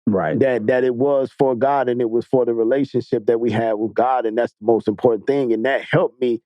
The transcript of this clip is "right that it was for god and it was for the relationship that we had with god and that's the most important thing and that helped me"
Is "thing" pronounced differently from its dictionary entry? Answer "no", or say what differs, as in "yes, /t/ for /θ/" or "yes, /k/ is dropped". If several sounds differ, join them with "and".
no